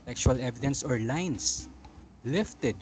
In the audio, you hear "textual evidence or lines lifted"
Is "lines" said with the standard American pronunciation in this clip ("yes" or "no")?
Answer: no